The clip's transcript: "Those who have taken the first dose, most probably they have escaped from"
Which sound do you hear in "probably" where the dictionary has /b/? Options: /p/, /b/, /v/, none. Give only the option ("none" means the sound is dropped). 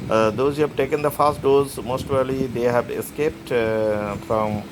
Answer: none